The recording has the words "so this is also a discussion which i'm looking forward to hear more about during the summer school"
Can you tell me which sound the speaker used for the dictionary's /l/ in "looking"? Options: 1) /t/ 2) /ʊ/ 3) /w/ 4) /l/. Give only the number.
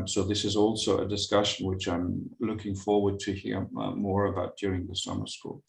4